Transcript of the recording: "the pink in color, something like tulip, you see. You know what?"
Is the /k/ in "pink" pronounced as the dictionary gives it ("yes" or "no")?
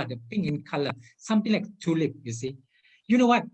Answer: no